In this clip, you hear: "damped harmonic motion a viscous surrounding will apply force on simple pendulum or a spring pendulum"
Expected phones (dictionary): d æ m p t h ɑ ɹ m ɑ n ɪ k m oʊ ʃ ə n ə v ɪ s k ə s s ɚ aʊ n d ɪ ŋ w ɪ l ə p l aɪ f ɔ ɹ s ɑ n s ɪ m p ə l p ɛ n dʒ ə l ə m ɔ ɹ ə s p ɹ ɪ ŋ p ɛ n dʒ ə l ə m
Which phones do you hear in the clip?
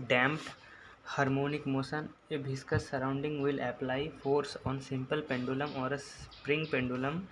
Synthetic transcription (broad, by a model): d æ m p h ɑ ɹ m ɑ n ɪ k m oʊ s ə n ə b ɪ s k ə s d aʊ n d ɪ ŋ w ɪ l ə p l aɪ f ɔ ɹ s ɑ n s ɪ m p ə l p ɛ n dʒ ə l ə m ɔ ɹ ə s p ɹ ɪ ŋ p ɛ n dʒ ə l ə m